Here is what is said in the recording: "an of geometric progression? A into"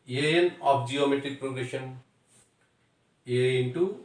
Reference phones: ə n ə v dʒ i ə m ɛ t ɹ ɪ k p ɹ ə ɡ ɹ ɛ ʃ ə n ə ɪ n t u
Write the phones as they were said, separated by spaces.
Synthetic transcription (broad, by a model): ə n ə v dʒ i ə m ɛ t ɹ ɪ k p ɹ ə ɡ ɹ ɛ ʃ ə n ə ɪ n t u